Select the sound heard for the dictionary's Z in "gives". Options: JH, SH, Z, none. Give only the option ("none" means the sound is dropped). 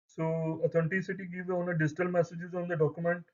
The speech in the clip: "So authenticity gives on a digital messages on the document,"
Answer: none